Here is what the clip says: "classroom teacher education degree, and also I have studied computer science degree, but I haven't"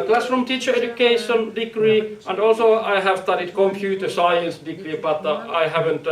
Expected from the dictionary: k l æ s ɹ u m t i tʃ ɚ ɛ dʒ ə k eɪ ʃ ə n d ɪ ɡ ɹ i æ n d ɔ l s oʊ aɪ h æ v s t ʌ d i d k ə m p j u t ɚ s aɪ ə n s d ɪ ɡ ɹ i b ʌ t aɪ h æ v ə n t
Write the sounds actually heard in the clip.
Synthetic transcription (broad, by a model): k l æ s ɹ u m t i tʃ ɚ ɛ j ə k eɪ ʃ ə n d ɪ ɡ ɹ i æ n d ɔ l s oʊ aɪ h æ v s t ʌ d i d k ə m p j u t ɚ s aɪ ə n s d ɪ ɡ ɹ i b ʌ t aɪ h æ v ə n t